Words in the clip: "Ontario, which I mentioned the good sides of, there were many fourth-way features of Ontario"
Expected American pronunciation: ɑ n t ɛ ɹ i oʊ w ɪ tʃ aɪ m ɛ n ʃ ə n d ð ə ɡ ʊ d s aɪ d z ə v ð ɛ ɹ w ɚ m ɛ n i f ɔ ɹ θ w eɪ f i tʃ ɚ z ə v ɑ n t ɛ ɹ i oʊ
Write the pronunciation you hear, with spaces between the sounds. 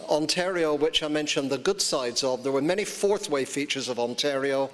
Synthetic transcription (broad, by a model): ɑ n t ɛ ɹ i oʊ w ɪ tʃ aɪ m ɛ n ʃ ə n ð ə ɡ ʊ d s aɪ d z ə v ð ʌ ɹ w ɚ m ɛ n i f ɔ ɹ θ w eɪ f i tʃ ɚ z ə v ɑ n t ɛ ɹ i oʊ